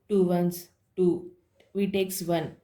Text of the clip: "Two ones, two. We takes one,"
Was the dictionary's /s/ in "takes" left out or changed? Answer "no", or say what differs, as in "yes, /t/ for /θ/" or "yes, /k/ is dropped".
no